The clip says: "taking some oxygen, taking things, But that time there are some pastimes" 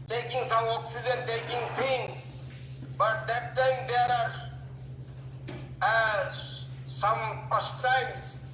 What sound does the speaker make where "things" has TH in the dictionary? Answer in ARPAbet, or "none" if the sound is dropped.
T